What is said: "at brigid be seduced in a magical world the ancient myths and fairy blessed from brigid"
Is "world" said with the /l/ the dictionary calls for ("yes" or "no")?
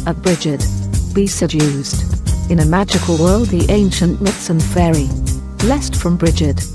yes